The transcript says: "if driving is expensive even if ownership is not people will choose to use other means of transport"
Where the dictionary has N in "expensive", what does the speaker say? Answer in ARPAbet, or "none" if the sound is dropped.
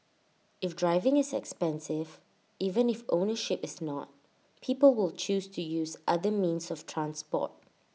N